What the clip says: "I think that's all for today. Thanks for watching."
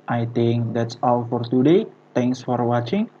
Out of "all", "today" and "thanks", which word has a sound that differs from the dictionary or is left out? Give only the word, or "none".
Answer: thanks